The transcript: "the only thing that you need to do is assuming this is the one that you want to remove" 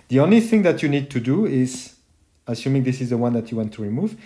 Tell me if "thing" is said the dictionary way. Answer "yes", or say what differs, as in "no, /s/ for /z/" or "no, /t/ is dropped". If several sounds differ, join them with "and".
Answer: yes